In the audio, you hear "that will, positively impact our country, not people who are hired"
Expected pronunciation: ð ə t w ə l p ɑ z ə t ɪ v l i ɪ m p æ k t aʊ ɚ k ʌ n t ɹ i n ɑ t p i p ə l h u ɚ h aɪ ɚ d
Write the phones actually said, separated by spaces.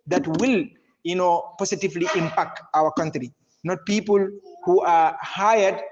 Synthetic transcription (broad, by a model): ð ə t w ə l p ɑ s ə t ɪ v l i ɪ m p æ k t aʊ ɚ k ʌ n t ɹ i n ɑ t p i p ə l h u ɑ h aɪ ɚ d